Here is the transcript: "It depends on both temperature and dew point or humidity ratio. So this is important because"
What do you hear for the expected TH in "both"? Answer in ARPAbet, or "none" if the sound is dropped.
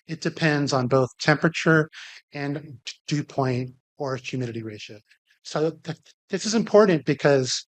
TH